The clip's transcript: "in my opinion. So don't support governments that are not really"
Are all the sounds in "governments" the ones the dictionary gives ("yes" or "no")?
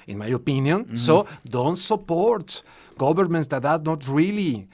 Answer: no